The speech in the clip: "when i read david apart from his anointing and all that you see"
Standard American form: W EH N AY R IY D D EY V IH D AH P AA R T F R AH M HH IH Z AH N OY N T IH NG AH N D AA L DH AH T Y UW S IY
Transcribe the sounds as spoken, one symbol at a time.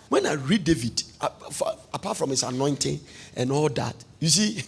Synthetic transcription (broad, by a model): W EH N AY R IY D D EY V IH D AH F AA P T F R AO M HH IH S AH N OY N T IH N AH N AA L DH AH T Y UW S IY